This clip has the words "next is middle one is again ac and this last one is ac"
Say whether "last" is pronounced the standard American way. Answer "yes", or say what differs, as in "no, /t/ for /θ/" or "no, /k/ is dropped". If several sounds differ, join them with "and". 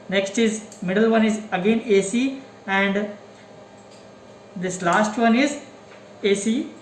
yes